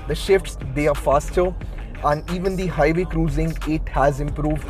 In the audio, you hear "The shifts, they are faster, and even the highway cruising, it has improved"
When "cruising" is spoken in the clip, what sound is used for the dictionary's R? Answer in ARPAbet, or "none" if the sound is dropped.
R